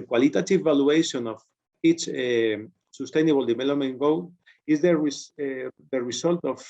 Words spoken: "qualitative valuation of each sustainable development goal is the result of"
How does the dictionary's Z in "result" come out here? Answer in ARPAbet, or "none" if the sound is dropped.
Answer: S